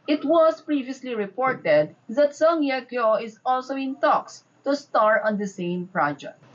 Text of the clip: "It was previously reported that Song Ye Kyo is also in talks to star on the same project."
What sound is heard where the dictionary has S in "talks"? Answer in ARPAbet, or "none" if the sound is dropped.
S